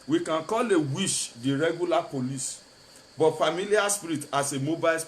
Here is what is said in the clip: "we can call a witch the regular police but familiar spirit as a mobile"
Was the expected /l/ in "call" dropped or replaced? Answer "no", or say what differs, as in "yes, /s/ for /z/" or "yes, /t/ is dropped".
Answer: no